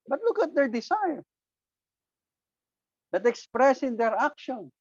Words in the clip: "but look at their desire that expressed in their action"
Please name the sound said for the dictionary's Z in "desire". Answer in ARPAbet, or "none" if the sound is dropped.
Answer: S